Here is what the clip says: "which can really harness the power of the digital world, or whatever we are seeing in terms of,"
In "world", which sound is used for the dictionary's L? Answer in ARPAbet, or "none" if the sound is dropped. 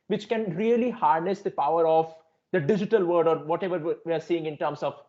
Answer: none